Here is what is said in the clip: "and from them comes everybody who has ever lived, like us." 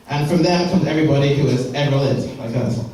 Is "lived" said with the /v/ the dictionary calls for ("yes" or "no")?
no